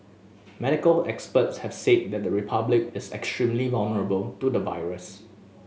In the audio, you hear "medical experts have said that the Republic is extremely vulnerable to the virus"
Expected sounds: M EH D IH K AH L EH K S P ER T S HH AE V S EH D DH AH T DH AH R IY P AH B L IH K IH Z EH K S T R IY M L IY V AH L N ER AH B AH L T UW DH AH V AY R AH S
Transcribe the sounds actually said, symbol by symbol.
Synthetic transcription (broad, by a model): M EH D IH K AH L EH K S P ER T S HH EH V S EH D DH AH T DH AH R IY P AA B L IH K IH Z EH K S T R IY M L IY V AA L N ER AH B AH L T UW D AH V AY R AH S